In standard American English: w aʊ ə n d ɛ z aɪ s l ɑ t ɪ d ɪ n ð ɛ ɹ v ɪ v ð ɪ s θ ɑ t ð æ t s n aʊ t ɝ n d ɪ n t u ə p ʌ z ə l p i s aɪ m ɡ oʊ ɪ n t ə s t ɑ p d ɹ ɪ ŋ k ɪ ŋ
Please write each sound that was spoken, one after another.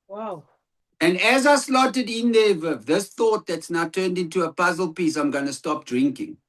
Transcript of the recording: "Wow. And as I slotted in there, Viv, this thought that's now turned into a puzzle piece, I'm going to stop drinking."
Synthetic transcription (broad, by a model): w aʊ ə n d ɛ z aɪ s l ɑ t ɪ d ɪ n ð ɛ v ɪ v ð ɪ s θ ɑ t ð æ t s n aʊ t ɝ n d ɪ n t u ə p ʌ z ə l p i s aɪ m ɡ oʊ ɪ n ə s t ɑ p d ɹ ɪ ŋ k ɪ ŋ